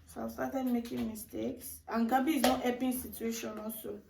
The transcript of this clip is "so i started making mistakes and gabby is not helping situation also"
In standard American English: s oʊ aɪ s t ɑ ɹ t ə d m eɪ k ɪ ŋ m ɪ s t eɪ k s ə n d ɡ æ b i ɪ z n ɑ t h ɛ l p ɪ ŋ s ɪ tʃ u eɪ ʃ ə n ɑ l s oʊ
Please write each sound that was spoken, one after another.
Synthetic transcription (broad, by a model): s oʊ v s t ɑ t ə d m eɪ k ɪ ŋ m ɪ s t eɪ k s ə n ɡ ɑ b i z n ɑ t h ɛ p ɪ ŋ s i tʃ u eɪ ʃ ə n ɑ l s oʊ